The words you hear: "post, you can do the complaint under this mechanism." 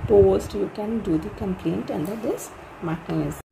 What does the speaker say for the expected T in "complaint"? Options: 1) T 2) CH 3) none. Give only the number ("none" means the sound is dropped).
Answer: 1